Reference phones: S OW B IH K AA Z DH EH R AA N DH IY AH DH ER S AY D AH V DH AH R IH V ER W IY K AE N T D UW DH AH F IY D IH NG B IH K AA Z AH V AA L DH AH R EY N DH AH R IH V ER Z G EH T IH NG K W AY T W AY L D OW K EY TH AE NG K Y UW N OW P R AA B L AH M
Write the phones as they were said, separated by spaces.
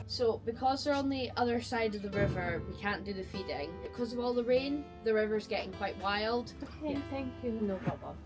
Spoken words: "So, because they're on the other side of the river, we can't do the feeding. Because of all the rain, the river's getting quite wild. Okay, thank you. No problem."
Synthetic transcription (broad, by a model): S OW B IH K AA Z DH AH R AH N DH IY AH DH ER S AY D AH V DH AH R IH V ER W IY K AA N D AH DH AH F IY D IH NG B IH K AA Z AH V AA L DH AH R EY N DH AH R IH V ER Z G EH T IH NG K W AY T W AY L D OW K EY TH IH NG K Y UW N OW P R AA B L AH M